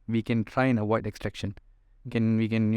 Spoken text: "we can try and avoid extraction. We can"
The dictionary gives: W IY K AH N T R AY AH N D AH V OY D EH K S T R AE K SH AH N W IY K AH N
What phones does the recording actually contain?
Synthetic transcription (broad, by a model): W IY K AH N T R AY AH N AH W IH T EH K S T R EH K SH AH N W IY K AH N